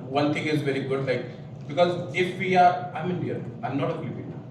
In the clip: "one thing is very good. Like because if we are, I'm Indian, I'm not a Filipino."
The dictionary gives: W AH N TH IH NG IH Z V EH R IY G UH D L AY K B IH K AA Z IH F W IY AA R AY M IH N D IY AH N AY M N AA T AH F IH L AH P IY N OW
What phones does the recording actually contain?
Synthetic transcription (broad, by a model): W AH N T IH NG IH Z V EH R IY G UH D L AY K B IH K AA Z IH F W IY AA R AY M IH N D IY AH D AY M N AA T AH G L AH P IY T